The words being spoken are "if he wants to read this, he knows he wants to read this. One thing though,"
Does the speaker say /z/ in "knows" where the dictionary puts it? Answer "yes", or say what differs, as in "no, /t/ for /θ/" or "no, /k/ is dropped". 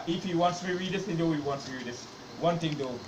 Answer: no, /z/ is dropped